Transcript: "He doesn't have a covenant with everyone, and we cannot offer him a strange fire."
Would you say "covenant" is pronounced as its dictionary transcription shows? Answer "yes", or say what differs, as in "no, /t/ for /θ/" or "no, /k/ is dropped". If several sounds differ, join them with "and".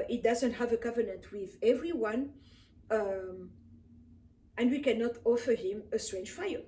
yes